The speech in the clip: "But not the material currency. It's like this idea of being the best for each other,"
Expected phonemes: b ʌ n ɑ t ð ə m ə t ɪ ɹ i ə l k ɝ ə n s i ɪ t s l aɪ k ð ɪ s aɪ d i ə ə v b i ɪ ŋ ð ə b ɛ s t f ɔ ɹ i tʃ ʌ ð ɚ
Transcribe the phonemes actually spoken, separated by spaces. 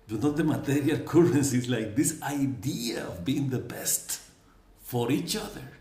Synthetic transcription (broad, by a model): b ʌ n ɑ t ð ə m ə t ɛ ɹ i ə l k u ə n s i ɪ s l aɪ k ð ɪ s aɪ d i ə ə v b i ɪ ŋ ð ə b ɛ s t f ɔ ɹ i tʃ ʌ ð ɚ